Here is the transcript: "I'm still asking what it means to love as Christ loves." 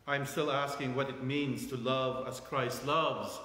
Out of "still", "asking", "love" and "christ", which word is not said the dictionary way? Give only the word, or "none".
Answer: none